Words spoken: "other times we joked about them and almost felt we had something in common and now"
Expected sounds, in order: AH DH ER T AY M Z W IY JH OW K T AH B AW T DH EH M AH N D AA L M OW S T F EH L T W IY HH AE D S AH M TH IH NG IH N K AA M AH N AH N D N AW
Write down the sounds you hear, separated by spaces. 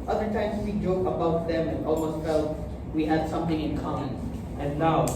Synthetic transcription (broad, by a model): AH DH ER T AY M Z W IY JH OW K AH B AW T DH EH M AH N AA L M OW S T F EH L T W IY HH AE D S AH M TH IH NG IH N K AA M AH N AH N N AW